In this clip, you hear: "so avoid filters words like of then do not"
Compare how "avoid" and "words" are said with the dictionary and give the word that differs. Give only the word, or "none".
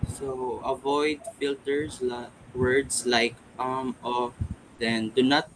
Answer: words